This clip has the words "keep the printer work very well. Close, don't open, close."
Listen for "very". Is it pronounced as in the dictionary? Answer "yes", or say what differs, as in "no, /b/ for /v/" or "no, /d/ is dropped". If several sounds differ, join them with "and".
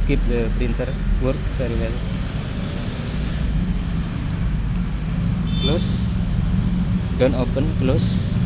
no, /f/ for /v/